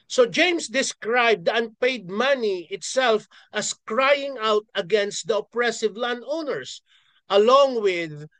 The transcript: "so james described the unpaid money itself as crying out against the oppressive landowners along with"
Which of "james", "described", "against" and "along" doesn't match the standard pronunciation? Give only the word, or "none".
james